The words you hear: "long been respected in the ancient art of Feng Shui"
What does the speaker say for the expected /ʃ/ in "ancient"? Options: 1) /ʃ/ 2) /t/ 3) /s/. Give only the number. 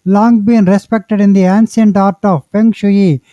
3